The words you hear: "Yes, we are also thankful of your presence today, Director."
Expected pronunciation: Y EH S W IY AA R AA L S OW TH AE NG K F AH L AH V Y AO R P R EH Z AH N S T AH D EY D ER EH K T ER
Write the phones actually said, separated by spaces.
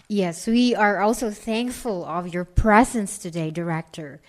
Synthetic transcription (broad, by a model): Y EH S W IY AA R AA L S OW TH AE NG K F AH L AH V Y AO R P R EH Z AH N S T AH D EY D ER EH K T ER